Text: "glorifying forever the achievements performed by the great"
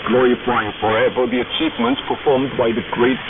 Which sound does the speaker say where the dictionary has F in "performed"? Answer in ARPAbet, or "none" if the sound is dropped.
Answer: F